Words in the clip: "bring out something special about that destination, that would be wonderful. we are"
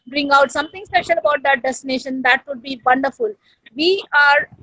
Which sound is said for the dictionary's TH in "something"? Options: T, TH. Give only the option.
T